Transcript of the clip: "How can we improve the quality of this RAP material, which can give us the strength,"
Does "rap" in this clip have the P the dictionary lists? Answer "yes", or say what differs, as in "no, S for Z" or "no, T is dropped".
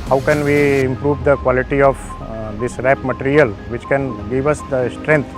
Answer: yes